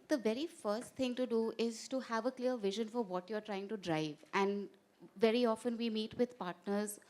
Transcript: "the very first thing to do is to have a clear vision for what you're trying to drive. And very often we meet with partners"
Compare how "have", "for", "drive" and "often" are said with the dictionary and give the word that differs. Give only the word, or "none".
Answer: none